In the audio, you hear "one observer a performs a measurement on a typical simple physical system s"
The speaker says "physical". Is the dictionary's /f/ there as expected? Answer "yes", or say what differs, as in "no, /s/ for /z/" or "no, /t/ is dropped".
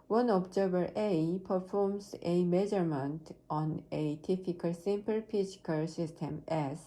no, /p/ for /f/